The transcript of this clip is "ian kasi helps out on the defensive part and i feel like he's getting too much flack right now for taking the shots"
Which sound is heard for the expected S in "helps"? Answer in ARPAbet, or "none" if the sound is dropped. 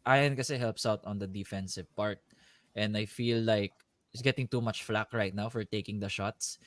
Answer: S